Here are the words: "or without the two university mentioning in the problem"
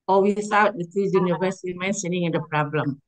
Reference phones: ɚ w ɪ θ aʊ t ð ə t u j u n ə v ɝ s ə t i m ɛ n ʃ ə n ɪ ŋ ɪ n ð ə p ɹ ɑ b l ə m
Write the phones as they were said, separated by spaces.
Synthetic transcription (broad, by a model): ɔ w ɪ s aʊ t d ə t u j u n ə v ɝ s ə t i m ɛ n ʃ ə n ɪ ŋ ɪ n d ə p ɹ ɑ b l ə m